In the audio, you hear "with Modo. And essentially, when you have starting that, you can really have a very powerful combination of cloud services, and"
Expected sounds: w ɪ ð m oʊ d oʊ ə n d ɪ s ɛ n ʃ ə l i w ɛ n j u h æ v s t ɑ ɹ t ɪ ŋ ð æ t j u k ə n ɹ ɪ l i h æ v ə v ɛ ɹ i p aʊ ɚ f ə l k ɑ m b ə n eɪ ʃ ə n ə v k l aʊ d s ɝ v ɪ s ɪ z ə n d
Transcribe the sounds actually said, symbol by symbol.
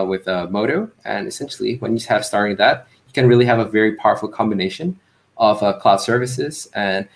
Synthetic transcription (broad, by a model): w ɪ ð m oʊ d oʊ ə n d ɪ s ɛ n ʃ l i w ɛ n j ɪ h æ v s t ɑ ɹ t ɪ ŋ ð æ t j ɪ k ə n ɹ ɪ l i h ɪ v ə v ɛ ɹ i p aʊ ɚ f l k ɑ m b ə n eɪ ʃ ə n ə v k l aʊ d s ɝ v ɪ s ɪ z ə n